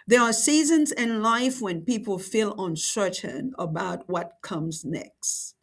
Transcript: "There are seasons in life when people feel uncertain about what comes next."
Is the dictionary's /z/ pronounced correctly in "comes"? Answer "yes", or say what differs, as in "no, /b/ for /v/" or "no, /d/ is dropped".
yes